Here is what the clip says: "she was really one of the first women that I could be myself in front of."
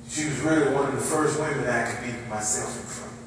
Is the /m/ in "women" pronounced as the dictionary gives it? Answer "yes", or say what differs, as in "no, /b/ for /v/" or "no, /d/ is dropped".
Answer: no, /m/ is dropped